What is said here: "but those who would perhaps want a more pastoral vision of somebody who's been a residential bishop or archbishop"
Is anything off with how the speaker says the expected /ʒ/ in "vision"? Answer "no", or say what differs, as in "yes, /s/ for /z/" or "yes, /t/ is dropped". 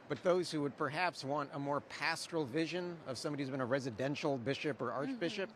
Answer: no